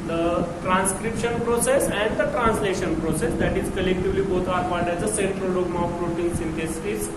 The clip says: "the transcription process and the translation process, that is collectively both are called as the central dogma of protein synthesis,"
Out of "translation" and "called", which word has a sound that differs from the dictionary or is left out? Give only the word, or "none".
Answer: called